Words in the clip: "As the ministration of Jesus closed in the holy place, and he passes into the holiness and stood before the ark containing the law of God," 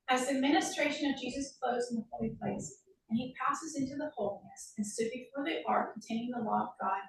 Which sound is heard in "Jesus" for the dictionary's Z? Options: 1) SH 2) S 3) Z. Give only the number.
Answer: 3